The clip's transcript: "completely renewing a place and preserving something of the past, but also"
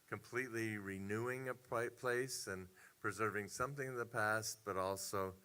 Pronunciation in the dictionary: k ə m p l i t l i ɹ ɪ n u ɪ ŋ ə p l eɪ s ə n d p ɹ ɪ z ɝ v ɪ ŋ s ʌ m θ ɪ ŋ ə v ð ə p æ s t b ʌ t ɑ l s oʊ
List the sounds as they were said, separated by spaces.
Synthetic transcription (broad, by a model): k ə m p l i t l i ɹ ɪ n u ɪ ŋ ə p l eɪ s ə n p ɹ ɪ z ɝ v ɪ ŋ s ʌ m θ ɪ ŋ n ð ə p æ s t b ʌ t ɑ l s oʊ